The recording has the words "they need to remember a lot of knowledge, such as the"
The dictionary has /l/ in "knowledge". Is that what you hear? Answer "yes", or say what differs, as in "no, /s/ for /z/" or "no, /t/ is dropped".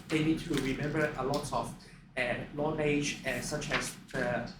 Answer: no, /n/ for /l/